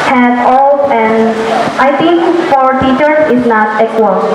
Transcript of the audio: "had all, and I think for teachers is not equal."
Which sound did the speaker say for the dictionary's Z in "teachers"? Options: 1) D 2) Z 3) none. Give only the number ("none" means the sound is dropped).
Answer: 3